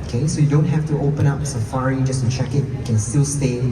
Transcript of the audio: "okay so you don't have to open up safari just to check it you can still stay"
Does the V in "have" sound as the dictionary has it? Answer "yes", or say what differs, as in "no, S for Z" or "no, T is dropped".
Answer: no, F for V